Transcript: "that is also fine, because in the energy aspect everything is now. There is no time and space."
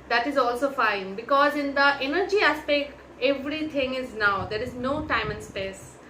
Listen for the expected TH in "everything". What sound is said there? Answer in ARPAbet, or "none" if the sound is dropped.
T